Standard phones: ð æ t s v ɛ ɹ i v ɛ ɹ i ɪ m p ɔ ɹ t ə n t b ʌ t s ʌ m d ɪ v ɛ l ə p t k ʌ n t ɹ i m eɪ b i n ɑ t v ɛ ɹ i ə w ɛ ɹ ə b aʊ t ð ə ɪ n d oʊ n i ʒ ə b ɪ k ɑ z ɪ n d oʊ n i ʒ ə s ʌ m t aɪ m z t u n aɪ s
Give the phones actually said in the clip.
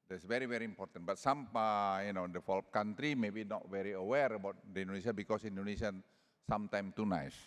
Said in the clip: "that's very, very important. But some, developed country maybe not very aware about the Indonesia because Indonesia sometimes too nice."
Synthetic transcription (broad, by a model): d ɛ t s v ɛ ɹ i v ɛ ɹ i m p ɔ ɹ t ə n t b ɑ t s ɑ m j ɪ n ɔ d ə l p k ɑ n t ɹ i m eɪ b i n ɑ t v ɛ ɹ i ə w ɛ ɹ ə b aʊ t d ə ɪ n d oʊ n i s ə b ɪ k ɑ s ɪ n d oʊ n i s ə s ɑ m t aɪ m t u n aɪ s